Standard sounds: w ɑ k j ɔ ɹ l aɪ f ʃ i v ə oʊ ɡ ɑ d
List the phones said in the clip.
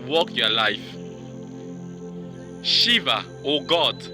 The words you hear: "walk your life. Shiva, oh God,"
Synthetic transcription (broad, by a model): w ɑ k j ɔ l aɪ f ʃ i v ə oʊ ɡ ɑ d